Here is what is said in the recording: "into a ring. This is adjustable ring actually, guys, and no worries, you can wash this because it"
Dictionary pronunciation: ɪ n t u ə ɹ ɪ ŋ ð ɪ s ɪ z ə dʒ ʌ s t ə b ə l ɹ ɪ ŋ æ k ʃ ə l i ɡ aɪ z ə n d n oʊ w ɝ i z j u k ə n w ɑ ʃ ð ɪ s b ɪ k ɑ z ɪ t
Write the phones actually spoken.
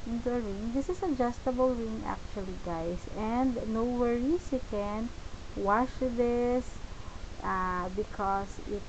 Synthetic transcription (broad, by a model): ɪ n t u ə ɹ ɪ ŋ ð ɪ s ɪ s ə dʒ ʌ s t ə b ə l ɹ ɪ ŋ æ k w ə l i ɡ aɪ s ə n d n oʊ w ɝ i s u k ə n w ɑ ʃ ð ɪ s b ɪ k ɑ s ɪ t